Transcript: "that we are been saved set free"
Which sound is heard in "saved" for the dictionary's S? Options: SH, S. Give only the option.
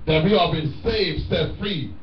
S